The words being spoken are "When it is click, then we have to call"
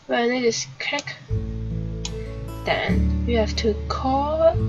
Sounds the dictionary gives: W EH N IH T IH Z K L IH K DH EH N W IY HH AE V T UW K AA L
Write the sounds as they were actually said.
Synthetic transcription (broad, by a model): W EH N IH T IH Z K IH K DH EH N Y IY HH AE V T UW K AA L